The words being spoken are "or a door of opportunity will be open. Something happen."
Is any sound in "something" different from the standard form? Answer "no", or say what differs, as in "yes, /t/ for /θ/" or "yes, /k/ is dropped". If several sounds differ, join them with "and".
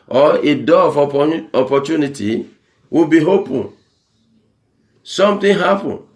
yes, /t/ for /θ/